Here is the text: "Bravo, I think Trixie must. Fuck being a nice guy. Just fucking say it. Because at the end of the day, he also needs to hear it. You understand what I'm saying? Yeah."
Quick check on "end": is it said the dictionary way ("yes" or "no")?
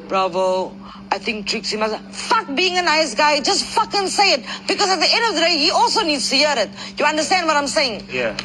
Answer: yes